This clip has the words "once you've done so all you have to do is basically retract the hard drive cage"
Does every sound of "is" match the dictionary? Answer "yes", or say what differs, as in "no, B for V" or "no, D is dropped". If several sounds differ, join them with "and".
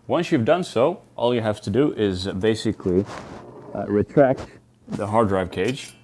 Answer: yes